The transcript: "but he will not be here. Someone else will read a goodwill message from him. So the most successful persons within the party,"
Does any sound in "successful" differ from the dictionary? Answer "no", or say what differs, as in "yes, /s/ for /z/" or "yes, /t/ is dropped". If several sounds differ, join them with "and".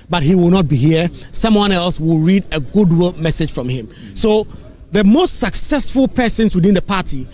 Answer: no